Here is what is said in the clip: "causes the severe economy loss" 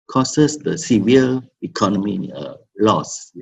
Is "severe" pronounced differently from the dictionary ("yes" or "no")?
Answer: yes